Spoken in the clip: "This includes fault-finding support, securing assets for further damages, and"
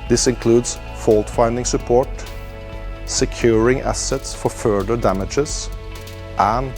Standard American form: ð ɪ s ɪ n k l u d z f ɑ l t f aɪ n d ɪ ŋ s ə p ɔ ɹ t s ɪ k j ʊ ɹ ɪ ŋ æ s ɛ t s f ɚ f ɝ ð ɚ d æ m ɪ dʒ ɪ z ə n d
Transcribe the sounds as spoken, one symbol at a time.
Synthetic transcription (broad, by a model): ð ɪ s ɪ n k l u d s f ɑ l t f aɪ n d ɪ ŋ s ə p ɔ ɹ t s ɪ k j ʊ ɹ ɪ ŋ æ s ɛ t s f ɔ f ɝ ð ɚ d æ m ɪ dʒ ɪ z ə n